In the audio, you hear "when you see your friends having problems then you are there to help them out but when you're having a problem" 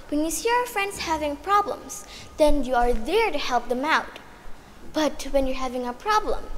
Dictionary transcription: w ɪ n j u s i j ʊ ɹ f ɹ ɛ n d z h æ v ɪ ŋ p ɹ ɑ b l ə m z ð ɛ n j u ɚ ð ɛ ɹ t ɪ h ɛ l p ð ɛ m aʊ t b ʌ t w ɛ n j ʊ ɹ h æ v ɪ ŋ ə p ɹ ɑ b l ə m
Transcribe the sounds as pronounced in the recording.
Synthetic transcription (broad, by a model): w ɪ n j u s i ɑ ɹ f ɹ ɛ n d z h æ v ɪ ŋ p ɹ ɑ b l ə m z ð ɛ n j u ɚ ð ɛ ɹ t ɪ h ɛ l p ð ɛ m aʊ t b ʌ t w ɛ n j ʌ ɹ h æ v ɪ ŋ ə p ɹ ɑ b l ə m